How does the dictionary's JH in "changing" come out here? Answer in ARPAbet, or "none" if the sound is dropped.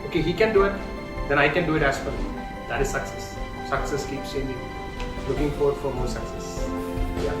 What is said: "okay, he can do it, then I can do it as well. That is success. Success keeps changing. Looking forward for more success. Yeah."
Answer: none